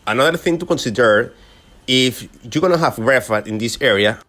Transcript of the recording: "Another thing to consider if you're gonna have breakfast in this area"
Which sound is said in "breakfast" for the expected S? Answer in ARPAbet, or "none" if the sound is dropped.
none